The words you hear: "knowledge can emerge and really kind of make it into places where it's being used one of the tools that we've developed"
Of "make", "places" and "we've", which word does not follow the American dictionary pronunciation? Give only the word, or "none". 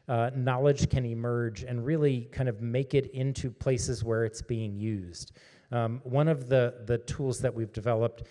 none